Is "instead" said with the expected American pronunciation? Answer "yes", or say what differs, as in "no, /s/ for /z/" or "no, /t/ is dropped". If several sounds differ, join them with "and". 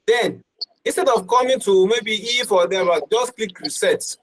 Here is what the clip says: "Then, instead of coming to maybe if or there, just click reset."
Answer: yes